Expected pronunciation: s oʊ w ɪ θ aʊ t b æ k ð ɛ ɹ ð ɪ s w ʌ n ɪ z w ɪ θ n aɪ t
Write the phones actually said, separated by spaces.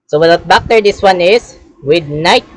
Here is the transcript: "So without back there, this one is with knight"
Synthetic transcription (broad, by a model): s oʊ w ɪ t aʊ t b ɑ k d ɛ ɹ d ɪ s w ʌ n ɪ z w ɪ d n aɪ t